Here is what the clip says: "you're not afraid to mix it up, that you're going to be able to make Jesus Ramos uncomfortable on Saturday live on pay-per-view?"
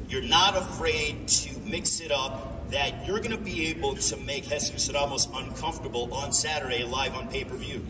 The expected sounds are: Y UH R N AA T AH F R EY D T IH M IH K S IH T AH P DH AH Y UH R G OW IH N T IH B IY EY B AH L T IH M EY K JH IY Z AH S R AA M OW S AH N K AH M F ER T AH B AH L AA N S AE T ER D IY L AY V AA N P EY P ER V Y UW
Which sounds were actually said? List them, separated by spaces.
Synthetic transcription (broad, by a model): Y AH R N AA T AH F R EY D T IH M IH K S IH T AH P DH AH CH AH R G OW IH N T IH B IY EY B L T IH M EY K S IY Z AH R AA M OW S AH N K AH M F T AH B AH L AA N S AE T ER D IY L AY V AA N P EY P ER V Y UW